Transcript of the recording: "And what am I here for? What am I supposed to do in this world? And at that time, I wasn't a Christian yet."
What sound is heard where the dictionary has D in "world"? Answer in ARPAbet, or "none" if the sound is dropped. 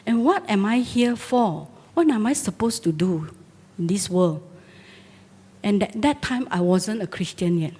none